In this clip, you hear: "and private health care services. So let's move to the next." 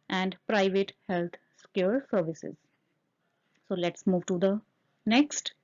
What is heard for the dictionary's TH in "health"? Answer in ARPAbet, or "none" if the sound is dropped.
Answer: S